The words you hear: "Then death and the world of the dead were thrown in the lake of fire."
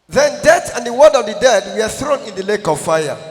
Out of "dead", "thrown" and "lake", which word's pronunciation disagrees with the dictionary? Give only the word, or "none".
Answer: none